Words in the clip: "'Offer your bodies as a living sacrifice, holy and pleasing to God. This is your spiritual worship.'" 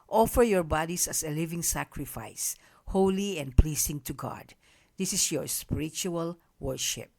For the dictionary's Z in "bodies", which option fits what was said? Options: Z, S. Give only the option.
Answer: S